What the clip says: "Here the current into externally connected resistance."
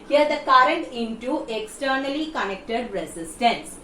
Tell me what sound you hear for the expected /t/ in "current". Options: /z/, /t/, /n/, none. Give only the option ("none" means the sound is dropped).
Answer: /t/